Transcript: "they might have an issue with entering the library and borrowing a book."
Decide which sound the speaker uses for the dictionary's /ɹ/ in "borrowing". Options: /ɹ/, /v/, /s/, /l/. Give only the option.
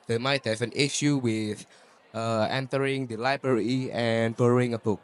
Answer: /l/